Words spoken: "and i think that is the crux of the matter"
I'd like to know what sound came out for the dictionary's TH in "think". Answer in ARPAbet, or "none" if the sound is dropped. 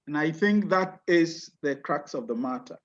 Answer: TH